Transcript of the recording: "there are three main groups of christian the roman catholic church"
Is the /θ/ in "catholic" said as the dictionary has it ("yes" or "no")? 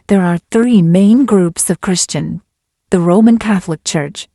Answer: yes